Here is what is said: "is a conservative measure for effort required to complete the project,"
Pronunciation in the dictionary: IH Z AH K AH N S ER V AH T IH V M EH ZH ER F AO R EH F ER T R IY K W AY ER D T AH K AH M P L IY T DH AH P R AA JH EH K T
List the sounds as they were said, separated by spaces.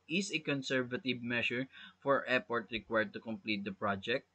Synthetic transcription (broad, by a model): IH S AH K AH N S ER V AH T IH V M EH SH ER F AO R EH P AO T R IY K W AY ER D T AH K AH M P L IY T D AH P R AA JH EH K T